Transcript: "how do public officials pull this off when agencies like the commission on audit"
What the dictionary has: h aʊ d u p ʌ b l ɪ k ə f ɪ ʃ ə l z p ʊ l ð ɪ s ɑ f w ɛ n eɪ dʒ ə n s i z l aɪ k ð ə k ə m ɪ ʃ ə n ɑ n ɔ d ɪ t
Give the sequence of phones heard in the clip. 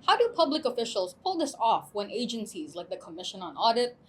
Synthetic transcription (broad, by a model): h aʊ d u p ʌ b l ɪ k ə f ɪ ʃ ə l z p ʊ l ð ɪ s ɑ f w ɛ n eɪ dʒ ə n s i z l aɪ k ð ə k ə m ɪ ʃ ə n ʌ n ɔ d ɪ t